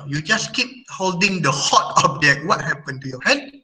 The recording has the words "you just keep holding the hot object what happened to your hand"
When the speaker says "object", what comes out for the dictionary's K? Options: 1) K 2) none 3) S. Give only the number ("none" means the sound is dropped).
2